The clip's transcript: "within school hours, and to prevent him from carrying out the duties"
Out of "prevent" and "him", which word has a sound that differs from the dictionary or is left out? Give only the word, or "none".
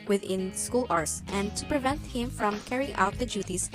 none